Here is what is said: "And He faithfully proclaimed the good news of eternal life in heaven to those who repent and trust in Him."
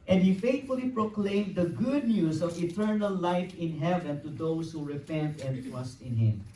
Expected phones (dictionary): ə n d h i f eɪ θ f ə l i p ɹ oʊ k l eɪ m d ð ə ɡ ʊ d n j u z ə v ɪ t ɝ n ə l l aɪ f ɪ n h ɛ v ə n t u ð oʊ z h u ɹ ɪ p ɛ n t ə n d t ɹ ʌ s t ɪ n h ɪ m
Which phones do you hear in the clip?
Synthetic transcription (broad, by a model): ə n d h i f eɪ t f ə l i p ɹ oʊ k l eɪ m d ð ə ɡ ʊ d n j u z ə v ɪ t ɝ n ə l l aɪ f ɪ n h ɛ v ə n t u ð oʊ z h u ɹ ɪ p ɛ n t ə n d t ɹ ʌ s t ɪ n h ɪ m